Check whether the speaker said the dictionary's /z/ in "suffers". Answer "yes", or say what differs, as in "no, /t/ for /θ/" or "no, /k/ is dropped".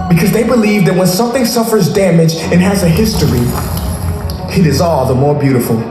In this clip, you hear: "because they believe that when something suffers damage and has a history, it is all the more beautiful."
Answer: yes